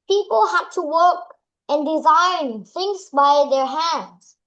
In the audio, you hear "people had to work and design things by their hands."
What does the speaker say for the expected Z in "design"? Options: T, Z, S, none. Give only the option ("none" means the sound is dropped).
Z